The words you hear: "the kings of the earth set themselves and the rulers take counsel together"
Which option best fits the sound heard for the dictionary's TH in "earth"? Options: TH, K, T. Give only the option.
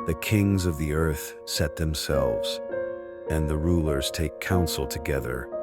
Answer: TH